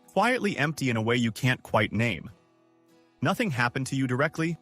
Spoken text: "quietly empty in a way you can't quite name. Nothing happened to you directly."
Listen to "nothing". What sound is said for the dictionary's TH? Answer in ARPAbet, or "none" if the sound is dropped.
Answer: TH